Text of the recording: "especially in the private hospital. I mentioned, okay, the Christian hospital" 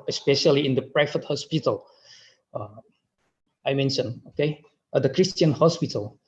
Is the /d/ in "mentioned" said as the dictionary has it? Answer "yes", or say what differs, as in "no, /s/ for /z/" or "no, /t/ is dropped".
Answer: no, /d/ is dropped